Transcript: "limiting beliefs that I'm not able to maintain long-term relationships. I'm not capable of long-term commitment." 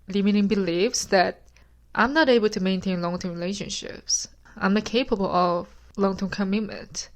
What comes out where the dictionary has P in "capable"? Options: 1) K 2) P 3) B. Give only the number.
2